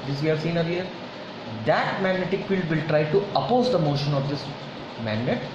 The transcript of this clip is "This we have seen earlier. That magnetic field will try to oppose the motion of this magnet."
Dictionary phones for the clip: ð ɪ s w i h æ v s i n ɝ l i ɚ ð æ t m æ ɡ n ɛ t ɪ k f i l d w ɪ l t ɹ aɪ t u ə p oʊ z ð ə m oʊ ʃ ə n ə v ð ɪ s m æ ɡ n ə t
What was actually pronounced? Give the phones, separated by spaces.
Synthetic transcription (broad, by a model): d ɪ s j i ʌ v s i n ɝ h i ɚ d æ t m æ ɡ n ɛ t ɪ k f i l d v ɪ l t ɹ aɪ t u ə p oʊ z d ə m oʊ ʃ ə n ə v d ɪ s m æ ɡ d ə t